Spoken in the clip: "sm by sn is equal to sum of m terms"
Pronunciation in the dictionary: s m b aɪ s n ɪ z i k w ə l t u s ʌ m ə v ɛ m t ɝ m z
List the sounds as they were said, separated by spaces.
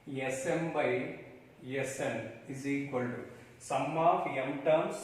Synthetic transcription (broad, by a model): s m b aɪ s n ɪ z i k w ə l t u s ʌ m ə p ɛ m t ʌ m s